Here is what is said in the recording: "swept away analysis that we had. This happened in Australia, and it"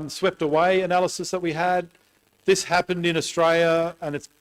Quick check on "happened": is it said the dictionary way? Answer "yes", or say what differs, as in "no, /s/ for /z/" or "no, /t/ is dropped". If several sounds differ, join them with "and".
yes